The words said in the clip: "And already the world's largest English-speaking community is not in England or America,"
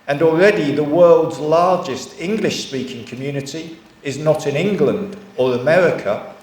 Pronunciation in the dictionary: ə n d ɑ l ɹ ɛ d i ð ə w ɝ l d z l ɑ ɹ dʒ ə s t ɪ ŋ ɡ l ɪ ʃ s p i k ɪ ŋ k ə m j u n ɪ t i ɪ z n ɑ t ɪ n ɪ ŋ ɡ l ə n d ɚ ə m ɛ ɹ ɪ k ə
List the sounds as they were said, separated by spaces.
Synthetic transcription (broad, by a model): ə n ɑ l ɹ ɛ d i ð ə w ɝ l d z l ɑ ɹ dʒ ə s t ɪ ŋ ɡ l ɪ ʃ s p i k ɪ ŋ k ə m j u n ɪ t i ɪ z n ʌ t ɪ n ɪ ŋ ɡ l ə n d ɚ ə m ɛ ɹ ɪ k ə